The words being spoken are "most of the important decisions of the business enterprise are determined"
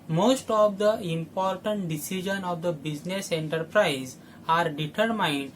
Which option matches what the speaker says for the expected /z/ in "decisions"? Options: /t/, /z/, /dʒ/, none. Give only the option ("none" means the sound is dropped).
none